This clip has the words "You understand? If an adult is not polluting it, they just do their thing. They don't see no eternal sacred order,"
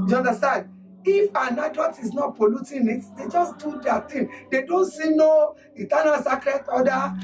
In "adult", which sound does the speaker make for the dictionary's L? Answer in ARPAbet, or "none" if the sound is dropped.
none